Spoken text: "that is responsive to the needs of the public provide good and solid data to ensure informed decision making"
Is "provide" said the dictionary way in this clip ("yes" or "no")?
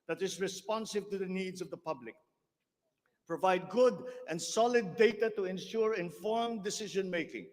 yes